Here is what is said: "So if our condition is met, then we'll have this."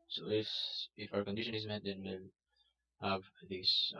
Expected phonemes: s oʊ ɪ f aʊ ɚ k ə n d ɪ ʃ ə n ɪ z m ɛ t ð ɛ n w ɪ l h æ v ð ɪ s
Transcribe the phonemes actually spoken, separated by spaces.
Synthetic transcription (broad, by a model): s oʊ ɪ f aʊ ɚ k ə n d ɪ ʃ ə n ɪ z m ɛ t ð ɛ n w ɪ n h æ v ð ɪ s